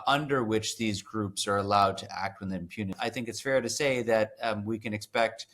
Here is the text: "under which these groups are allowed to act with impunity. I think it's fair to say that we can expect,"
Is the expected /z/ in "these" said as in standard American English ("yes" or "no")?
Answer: yes